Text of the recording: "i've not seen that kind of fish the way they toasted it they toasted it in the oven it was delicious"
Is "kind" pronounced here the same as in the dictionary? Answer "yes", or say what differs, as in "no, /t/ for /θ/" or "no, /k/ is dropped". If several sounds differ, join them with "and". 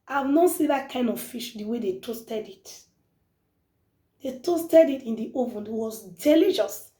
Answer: yes